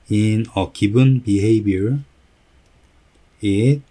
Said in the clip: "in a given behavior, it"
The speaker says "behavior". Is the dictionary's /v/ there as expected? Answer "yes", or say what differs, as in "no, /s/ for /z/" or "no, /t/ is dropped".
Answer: no, /b/ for /v/